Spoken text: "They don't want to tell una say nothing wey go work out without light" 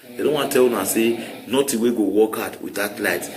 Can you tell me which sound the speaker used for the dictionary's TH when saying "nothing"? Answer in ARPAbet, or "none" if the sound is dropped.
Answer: T